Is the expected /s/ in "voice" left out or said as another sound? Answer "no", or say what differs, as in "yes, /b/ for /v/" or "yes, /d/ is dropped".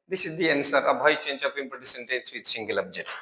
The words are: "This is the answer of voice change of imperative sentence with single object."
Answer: yes, /s/ is dropped